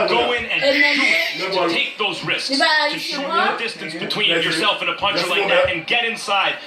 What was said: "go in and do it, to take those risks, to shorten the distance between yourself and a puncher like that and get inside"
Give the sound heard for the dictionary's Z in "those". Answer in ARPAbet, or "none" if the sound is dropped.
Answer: Z